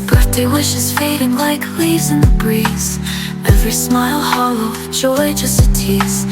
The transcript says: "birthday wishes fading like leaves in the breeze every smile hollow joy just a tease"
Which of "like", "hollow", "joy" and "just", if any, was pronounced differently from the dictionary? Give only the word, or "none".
joy